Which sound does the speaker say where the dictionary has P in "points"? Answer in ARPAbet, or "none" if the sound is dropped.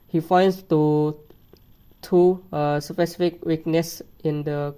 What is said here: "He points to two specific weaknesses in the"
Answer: F